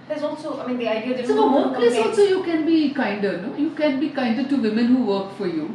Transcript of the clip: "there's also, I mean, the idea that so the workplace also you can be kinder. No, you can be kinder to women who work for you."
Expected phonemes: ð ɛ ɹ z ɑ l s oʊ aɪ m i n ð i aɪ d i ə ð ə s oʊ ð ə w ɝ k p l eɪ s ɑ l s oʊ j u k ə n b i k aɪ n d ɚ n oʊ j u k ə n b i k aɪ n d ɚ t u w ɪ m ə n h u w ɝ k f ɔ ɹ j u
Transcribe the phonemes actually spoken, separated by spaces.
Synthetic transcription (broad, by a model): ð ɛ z ɑ l s oʊ aɪ m i n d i aɪ d i ə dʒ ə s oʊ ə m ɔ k l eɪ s ɑ l s oʊ j u k ə n b i k aɪ n d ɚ n oʊ j u k ə n b i k aɪ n d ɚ t u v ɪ m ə n h u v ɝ k f ɔ ɹ j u